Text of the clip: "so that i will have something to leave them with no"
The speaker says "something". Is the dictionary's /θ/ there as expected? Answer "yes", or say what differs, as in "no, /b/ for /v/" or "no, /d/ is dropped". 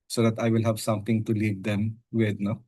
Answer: no, /t/ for /θ/